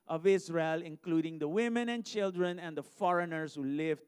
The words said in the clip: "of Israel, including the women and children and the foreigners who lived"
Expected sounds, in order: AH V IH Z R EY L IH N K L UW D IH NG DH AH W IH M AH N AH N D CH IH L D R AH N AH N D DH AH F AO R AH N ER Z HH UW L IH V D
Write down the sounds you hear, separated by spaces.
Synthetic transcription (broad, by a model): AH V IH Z R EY L IH N K L UW D IH NG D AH W IH M AH N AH N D CH IH L D R AH N AH N D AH F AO R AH N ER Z HH UW L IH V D